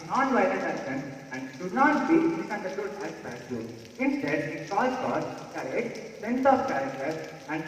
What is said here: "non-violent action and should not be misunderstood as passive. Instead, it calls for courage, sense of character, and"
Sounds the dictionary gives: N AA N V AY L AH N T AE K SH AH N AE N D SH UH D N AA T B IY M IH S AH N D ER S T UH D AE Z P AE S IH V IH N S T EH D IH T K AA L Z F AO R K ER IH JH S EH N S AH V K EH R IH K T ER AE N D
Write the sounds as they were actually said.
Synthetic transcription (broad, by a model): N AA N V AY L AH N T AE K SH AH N AE N D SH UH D N AA T B IY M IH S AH N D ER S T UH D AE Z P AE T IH IH N S T EH D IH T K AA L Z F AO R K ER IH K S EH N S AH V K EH R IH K T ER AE N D